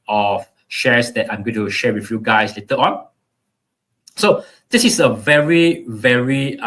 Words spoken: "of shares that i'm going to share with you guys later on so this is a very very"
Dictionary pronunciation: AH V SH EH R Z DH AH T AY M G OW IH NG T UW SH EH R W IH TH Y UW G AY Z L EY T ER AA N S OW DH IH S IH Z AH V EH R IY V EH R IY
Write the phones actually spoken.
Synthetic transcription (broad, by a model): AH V SH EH R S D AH T AY M G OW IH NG T UW SH EH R W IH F Y UW G AY S L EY T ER AA N S OW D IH S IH S AH V EH R IY V EH R IY